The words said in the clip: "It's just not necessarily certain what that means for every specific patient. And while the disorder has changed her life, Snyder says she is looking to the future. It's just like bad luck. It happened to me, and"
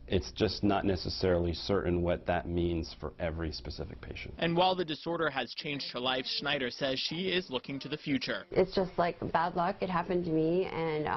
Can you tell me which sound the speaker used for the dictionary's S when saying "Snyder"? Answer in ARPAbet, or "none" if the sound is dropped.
SH